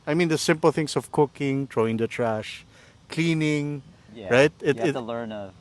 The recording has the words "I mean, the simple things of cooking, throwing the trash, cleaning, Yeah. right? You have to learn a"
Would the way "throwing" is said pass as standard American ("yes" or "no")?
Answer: no